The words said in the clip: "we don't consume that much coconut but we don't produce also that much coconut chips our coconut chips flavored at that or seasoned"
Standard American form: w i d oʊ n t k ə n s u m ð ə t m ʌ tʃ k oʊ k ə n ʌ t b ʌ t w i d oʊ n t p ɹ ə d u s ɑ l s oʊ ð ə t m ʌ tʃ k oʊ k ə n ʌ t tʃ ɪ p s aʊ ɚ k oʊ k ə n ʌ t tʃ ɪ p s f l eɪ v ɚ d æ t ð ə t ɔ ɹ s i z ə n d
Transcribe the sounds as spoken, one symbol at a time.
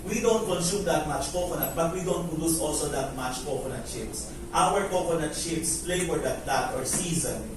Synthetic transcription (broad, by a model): w i d oʊ n t k ə n s u m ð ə t m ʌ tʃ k oʊ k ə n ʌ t b ʌ t w i d oʊ n t p ɹ ə d u s ɑ l s oʊ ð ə t m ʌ tʃ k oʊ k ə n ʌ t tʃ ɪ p s aʊ ɚ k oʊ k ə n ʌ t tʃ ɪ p s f l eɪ w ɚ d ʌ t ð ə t ɔ ɹ s i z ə n